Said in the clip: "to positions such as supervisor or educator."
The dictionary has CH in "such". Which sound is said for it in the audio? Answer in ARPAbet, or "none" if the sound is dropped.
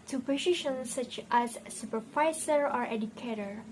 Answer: CH